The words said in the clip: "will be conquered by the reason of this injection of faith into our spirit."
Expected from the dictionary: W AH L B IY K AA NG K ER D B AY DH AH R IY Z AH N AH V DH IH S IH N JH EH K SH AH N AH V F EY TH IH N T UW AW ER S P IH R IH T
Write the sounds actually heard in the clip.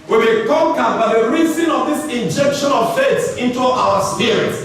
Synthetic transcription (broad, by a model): W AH B IY K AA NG K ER D B AY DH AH R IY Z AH N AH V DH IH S IH N JH EH K SH AH N AH V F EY S IH N T UW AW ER S P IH R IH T